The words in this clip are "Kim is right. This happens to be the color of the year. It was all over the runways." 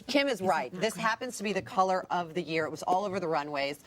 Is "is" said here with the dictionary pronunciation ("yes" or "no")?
yes